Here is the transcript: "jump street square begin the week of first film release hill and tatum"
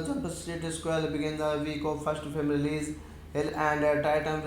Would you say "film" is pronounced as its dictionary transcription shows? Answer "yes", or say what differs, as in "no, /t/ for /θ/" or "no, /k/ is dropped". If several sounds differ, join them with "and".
no, /l/ is dropped